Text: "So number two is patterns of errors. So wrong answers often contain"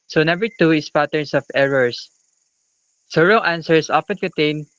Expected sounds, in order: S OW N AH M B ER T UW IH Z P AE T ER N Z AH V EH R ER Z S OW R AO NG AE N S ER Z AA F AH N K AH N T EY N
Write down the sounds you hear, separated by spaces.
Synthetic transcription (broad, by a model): S OW N AH M B ER T UW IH S P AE T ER N S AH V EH R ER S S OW R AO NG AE N S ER S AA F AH N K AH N T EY N